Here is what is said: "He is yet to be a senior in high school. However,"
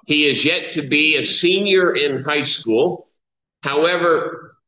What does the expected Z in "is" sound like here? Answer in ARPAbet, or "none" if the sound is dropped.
Z